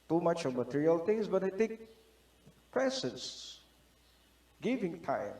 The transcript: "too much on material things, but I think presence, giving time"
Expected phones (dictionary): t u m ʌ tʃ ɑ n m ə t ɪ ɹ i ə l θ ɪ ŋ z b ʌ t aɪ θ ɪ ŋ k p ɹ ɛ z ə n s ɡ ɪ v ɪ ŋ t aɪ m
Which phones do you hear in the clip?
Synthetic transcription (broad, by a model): t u m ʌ tʃ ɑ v m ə t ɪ ɹ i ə l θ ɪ ŋ s b ʌ t aɪ t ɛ k p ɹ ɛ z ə n s ɡ ɪ v ɪ ŋ t aɪ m